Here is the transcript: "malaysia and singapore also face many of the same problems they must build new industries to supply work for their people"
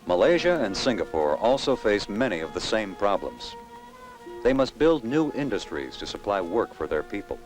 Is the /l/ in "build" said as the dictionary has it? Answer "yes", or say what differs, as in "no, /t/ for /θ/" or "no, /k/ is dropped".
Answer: yes